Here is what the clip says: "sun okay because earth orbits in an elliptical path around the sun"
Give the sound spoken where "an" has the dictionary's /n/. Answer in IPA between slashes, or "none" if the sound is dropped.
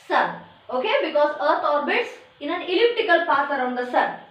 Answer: /n/